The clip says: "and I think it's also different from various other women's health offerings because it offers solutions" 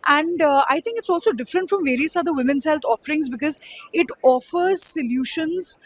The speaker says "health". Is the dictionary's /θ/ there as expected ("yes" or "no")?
no